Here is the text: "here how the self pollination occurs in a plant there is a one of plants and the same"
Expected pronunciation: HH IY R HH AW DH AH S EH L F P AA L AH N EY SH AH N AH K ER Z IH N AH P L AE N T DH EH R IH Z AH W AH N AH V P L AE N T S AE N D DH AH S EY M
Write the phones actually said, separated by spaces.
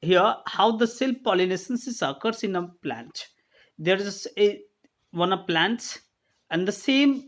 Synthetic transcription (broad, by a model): HH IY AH HH AW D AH S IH L P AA L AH N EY S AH N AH K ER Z IH N AH P L AE N T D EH R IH S AH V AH N AH V P L AE N T S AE N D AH S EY M